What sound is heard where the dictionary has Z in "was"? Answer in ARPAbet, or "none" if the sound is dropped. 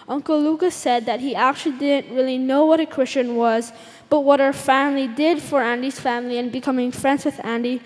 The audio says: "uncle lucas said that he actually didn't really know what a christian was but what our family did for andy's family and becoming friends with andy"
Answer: Z